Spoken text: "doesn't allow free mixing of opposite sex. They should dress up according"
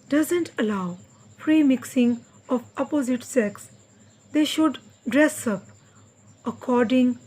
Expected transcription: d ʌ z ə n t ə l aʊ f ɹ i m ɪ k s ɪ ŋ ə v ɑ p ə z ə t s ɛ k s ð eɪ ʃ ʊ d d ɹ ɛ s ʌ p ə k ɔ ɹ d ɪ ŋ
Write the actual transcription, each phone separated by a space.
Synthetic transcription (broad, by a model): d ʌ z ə n t ə l aʊ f ɹ i m ɪ k s ɪ ŋ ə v ɑ p ə z ə t s ɛ k s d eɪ ʃ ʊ d d ɹ ɛ s ʌ p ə k ɔ ɹ d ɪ ŋ